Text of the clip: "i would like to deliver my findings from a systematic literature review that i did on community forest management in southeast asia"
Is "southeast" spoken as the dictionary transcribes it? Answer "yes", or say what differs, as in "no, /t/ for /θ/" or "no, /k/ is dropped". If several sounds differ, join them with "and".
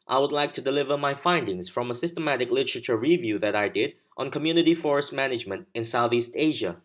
yes